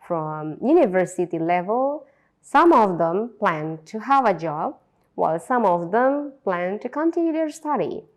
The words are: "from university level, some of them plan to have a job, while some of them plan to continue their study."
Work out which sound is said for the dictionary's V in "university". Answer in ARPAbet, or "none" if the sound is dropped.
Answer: V